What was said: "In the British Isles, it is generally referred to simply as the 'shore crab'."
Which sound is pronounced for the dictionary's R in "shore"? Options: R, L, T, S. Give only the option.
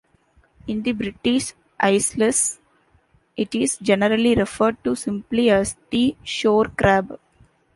R